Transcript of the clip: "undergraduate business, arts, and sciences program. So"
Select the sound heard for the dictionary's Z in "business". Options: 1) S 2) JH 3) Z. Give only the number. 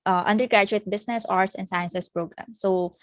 1